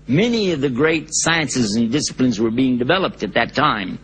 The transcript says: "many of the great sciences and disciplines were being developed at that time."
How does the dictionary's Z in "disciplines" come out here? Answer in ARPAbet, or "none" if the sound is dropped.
Z